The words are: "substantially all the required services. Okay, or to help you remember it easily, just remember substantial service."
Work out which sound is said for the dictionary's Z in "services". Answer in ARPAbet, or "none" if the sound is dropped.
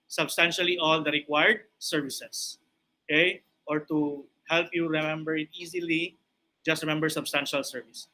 S